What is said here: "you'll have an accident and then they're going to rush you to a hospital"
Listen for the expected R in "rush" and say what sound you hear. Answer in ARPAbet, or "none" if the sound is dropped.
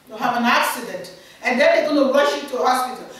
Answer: W